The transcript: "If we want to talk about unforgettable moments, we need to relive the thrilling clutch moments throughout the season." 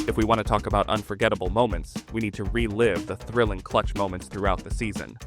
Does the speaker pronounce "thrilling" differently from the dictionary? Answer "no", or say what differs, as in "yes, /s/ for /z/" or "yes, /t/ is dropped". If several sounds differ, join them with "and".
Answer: no